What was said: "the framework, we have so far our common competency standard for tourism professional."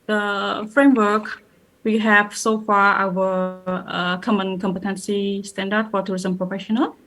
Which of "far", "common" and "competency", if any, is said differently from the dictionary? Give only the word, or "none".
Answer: none